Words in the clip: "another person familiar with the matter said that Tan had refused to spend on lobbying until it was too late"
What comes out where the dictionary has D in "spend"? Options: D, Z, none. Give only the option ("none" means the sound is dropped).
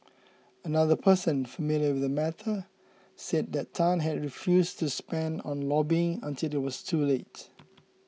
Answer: D